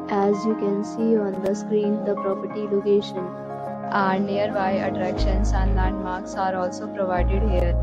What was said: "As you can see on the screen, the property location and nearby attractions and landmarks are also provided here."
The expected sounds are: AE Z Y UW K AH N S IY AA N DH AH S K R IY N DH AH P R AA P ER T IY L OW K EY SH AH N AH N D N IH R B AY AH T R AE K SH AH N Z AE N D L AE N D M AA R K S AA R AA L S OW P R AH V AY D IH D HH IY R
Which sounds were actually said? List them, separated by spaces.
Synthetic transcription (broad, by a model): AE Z Y UW K AH N S IY AA N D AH S K R IY N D AH P R AA P ER T IY L OW K EY SH AH N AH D N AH R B AY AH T R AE K SH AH N S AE N D L AE N D M AA R K S AA R AA L S OW P R AH V AY D IH D HH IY R